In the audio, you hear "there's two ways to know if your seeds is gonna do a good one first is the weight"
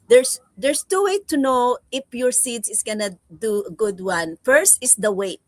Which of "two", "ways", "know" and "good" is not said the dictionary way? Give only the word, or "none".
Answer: ways